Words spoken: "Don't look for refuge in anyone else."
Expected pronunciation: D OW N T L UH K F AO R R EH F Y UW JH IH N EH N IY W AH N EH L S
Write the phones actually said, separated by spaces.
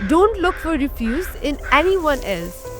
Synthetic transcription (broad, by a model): D OW N T L UH K F AO R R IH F Y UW Z IH N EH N IY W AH N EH L S